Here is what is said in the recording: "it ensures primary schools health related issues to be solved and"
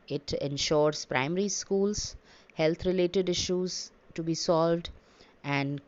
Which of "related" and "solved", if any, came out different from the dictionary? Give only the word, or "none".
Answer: none